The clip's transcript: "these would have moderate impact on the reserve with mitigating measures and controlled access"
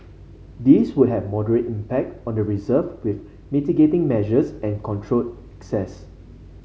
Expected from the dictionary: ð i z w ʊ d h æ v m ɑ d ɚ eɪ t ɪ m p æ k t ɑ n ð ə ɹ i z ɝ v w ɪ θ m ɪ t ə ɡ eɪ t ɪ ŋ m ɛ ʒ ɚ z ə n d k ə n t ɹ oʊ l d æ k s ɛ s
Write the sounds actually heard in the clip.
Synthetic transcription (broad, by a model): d i s w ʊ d h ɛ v m ɑ d ɚ eɪ t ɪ m p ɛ k t ɑ n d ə ɹ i z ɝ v w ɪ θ m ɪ t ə ɡ eɪ t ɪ ŋ m ɛ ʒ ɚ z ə n k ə n t ɹ oʊ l ɛ k s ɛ s